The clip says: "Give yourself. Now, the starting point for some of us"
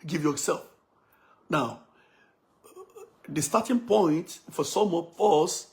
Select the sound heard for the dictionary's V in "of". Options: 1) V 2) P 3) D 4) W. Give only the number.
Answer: 2